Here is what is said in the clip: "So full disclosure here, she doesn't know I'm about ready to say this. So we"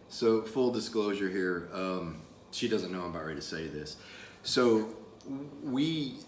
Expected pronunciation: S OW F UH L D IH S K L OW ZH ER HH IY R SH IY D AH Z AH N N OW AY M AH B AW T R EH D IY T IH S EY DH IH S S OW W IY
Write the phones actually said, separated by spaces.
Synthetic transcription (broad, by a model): S OW F UH L D IH S K L OW ZH ER HH IY R SH IY D AH Z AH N N OW AY M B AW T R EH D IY T IH S EY DH IH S S OW W IY